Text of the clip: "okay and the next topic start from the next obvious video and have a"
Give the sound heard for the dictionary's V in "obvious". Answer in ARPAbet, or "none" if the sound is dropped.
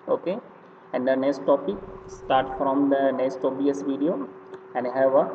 none